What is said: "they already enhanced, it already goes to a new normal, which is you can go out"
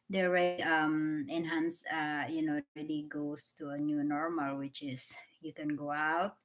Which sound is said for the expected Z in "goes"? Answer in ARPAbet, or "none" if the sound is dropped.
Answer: S